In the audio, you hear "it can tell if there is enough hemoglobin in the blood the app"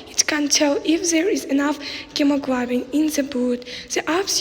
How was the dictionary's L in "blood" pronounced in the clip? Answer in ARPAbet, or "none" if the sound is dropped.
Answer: none